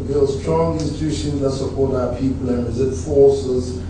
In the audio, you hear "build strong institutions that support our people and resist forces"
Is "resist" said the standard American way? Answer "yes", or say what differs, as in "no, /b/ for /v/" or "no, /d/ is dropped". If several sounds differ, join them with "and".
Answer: no, /s/ is dropped